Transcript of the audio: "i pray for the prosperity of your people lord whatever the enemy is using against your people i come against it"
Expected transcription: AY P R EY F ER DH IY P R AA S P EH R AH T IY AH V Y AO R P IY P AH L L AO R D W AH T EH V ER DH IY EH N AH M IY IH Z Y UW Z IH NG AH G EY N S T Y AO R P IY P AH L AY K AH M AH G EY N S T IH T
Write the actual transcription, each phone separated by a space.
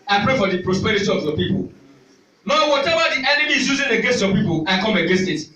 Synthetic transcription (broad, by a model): AY P R EY F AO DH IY P R AA S P EH R AH T IY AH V Y AO P IY P AH L N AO W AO T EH V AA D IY EH N AH M IY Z Y UW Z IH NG AH G EY N S T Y AO P IY P AH L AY K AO M AH G EY N S T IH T